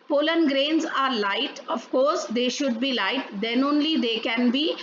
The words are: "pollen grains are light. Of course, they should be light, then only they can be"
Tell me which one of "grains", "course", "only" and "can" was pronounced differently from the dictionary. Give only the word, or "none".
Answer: none